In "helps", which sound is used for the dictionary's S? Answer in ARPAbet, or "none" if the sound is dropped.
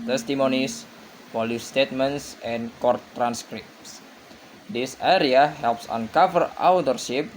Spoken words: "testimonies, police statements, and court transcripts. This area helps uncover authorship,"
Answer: S